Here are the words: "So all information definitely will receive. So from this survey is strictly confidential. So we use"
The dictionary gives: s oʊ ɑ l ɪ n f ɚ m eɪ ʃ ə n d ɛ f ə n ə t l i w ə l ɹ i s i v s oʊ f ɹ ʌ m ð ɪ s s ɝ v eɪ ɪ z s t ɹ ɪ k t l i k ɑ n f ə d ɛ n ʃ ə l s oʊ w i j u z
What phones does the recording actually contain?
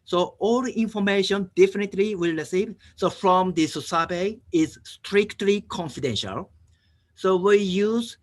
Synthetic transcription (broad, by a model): s oʊ ɑ l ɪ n f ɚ m eɪ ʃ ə n d ɛ f ə n ə t l i w ə l ɹ i s i v s oʊ f ɹ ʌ m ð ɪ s s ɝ b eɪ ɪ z s t ɹ ɪ k t l i k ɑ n f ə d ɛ n ʃ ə l s oʊ w i j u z